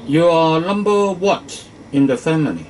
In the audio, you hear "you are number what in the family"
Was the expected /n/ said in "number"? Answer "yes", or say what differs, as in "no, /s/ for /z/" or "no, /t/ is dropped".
no, /l/ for /n/